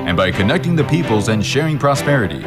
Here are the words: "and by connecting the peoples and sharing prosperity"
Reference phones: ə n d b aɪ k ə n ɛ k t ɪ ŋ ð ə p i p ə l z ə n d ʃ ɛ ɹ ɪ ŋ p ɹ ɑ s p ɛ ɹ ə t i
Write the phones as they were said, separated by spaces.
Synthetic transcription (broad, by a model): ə n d b aɪ k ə n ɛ k t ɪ ŋ ð ə p i p ə l z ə n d ʃ ɛ ɹ ɪ ŋ p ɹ ɑ s p ɛ ɹ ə t i